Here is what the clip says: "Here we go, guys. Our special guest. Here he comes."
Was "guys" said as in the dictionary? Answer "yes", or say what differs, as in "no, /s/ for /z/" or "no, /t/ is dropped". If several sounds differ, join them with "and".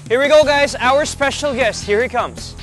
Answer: yes